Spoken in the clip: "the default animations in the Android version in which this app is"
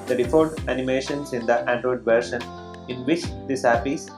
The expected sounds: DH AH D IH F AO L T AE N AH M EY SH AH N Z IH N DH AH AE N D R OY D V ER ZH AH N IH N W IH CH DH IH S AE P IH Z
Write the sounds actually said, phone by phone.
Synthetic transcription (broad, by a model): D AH D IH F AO T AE N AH M EY SH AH N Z IH N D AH AE N D R OY D V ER SH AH N IH N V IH CH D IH S AE P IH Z